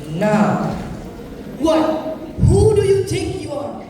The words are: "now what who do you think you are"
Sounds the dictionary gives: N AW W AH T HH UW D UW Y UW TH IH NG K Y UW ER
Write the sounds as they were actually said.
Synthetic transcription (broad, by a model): N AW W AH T HH UW D UW Y UW T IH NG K Y UW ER